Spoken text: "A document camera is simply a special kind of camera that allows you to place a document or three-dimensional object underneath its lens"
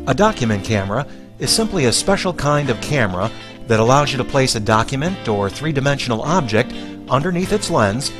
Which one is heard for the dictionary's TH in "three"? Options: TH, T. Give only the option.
TH